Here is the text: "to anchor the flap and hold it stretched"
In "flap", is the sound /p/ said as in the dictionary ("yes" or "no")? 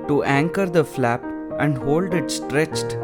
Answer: yes